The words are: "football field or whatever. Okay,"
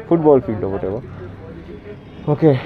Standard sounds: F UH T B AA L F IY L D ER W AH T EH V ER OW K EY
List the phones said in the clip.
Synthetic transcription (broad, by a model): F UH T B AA L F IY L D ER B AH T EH B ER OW K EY